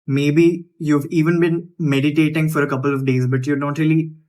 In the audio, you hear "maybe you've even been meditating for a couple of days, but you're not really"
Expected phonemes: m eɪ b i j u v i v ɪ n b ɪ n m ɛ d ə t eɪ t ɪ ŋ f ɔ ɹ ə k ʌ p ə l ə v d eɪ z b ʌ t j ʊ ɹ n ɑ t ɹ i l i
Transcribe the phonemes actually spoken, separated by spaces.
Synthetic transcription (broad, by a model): m eɪ b i j u v i v ɪ n b ɪ n m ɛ d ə t eɪ t ɪ ŋ f ɔ ɹ ə k ʌ p ə l ə v d eɪ z b ʌ t j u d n t ɹ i l i